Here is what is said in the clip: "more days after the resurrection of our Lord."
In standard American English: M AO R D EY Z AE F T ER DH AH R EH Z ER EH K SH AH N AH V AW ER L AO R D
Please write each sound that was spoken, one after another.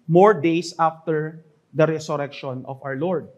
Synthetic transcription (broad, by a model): M AO R D EY S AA F T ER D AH R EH S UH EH K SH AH N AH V AW ER L AO R D